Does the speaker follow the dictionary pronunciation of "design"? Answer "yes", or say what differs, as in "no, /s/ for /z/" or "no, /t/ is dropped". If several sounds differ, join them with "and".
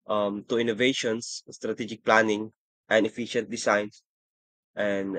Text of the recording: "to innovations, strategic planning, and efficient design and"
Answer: no, /s/ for /z/